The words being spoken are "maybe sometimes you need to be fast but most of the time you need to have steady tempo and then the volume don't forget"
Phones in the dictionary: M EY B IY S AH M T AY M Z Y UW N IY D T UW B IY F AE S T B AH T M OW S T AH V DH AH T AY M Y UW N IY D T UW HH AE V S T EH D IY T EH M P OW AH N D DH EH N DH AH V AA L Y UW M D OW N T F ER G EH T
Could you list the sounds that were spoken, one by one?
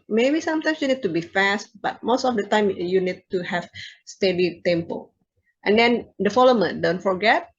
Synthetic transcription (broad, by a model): M EY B IY S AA M T AY M S Y UW N IY D T UW B IY F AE S T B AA T M OW S T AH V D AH T AY M Y UW N IY D T UW HH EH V S T EH D IY T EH M P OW AH N D EH N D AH F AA L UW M D OW N T F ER G EH T